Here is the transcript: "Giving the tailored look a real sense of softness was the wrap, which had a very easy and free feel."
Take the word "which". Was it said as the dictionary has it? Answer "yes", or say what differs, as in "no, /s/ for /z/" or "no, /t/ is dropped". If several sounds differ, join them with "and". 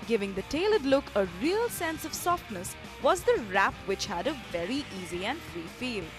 yes